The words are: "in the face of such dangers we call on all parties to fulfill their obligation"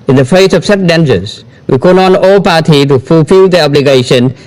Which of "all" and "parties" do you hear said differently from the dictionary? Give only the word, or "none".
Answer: parties